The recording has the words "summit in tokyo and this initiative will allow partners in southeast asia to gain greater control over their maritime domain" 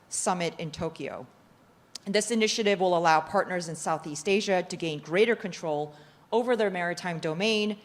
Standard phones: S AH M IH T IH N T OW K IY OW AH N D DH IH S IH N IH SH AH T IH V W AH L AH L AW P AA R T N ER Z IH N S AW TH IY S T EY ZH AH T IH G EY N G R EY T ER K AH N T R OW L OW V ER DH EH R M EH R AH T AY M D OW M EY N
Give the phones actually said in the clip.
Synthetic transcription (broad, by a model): S AH M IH T IH N T OW K IY OW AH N DH IH S IH N IH SH AH T IH V W AH L AH L AW P AA R T N ER Z IH N S AW TH IY S T EY ZH AH T IH G EY N G R EY T ER K AH N T R OW L OW V ER DH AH R M EH R AH T AY M D OW M EY N